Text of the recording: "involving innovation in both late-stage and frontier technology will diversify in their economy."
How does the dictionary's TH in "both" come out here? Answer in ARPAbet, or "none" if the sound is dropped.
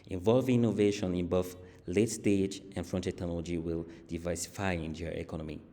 F